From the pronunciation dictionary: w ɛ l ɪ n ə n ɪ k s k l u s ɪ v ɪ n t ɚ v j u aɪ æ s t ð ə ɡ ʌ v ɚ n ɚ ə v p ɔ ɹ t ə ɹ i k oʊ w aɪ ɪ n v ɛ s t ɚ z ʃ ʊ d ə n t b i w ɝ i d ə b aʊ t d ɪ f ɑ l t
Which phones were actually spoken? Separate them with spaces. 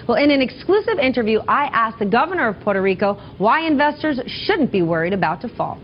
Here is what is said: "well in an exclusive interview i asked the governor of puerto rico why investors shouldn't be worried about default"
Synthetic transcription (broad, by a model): w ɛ l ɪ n ə n ɪ k s k l u s ɪ v ɪ n t ɚ v j u aɪ æ s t ð ə ɡ ʌ v ɚ n ɚ ə v p ɔ ɹ t ə ɹ i k oʊ w aɪ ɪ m v ɛ s t ɚ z ʃ ʊ d n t b i w ɝ i d ə b aʊ t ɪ f ɑ l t